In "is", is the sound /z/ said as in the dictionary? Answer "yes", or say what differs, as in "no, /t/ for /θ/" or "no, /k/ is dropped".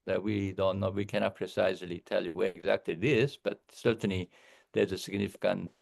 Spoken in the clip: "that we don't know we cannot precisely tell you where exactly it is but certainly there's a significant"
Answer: no, /s/ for /z/